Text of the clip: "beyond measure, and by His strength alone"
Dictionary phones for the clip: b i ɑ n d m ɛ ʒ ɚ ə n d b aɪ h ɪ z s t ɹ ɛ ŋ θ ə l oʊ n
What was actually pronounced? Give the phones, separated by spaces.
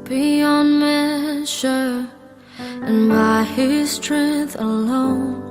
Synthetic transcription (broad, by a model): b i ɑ n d m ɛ ʃ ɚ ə n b aɪ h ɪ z s t ɹ ɛ ŋ θ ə l oʊ n